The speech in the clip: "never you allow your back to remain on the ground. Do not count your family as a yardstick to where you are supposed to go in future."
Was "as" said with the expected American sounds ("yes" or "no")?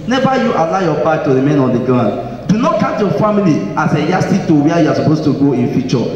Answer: no